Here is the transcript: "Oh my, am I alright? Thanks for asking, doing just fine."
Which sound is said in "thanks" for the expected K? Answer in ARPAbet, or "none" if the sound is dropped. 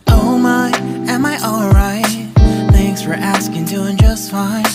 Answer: K